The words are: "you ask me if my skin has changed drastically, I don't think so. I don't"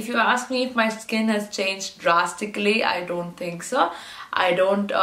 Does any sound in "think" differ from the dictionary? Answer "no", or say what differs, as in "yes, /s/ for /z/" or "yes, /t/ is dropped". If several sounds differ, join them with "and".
yes, /t/ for /θ/